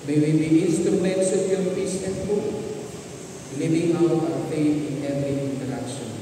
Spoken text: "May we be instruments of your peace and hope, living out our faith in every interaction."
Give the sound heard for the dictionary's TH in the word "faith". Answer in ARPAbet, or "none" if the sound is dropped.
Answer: T